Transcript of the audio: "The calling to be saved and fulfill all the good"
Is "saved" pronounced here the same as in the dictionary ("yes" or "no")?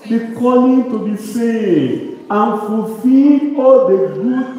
no